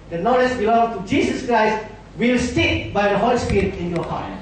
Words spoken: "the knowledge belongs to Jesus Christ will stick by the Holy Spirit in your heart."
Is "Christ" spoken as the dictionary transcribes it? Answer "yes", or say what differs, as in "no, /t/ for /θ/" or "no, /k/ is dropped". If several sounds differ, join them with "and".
yes